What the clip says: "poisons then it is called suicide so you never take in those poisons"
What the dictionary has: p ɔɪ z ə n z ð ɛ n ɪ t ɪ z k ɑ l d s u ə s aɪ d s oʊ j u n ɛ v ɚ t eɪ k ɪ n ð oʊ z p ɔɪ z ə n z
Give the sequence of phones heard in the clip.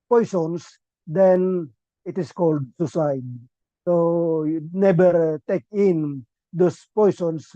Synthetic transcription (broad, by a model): p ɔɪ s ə n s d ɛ n ɪ t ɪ s k ɑ l d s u s aɪ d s oʊ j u n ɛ b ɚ t eɪ k ɪ n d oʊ s p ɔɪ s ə n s